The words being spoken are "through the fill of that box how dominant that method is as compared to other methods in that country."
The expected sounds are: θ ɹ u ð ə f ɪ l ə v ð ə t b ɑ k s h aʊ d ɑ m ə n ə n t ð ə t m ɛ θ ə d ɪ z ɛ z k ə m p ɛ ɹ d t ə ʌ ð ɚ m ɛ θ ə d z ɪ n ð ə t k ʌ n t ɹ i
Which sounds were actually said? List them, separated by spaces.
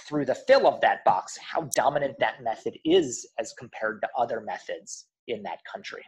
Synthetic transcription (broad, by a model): θ ɹ u ð ə f ɪ l ə v ð ə t b ɑ k s h aʊ d ɑ m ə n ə n ð ə t m ɛ θ ə d ɪ z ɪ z k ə m p ɛ ɹ d t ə ʌ ð ɚ m ɛ θ ə d z ɪ n ð ə t k ʌ n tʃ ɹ i